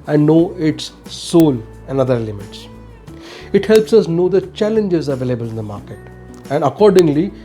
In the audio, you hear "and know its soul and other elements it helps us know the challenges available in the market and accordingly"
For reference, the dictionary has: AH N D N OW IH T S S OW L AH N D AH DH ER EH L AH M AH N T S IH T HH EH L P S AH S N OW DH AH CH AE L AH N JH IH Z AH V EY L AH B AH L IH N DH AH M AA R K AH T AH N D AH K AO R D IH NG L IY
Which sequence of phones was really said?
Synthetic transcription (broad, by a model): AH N D N OW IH T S S OW L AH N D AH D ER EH L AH M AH T S IH T HH EH L P S AH S N OW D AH CH AE L AH N JH IH Z AH V EY L AH B AH L IH N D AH M AA R K AH T AH N D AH K AO R D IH NG L IY